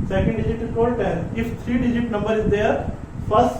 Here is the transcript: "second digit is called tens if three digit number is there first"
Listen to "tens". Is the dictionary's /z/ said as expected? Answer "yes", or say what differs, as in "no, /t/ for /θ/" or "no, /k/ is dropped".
no, /z/ is dropped